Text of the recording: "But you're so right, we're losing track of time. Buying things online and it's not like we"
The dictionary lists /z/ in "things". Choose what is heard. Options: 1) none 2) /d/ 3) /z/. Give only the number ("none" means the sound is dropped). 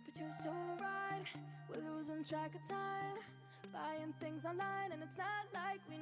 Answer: 3